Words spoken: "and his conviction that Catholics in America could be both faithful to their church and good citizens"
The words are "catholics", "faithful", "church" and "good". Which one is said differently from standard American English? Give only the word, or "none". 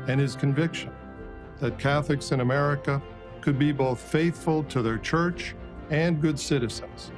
none